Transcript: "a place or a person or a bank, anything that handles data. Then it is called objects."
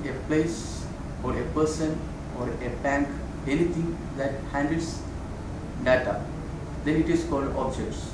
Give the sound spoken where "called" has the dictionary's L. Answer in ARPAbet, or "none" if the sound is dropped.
L